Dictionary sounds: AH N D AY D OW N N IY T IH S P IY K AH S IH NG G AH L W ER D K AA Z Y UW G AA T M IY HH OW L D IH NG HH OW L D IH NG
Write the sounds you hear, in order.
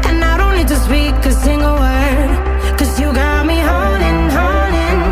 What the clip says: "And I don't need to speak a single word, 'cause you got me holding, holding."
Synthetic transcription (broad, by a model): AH N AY D OW N L IY T IH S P IY K AH S IH NG G AH L W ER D K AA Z Y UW G AA T M IY HH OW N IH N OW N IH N